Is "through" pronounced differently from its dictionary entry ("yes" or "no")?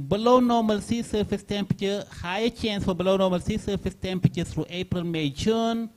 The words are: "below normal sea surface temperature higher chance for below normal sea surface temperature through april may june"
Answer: yes